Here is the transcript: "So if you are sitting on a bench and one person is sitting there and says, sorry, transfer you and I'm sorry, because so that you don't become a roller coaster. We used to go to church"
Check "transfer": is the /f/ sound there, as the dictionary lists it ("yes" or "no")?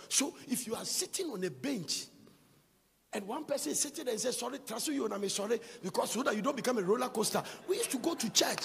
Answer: no